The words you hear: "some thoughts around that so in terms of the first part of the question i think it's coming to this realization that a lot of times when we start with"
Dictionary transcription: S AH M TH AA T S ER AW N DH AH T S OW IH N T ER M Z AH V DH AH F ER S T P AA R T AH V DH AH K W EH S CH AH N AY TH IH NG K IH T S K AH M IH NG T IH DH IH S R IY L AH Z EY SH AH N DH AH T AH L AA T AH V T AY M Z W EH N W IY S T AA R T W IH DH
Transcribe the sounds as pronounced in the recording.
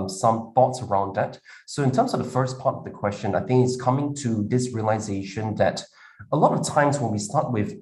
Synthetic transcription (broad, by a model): S AH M TH AA T S ER AW N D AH T S OW IH N T ER M Z AH V DH AH F ER S P AA R T AH V DH AH K W EH S CH AH N AY TH IH NG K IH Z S K AH M IH NG T IH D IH S R IY L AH Z EY SH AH N DH AH T AH L AA T AH V T AY M Z W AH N W IY S T AA R T W IH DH